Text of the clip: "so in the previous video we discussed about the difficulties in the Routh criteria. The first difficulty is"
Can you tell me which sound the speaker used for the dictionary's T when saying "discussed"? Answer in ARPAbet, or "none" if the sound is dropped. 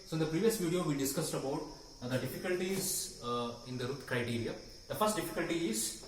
T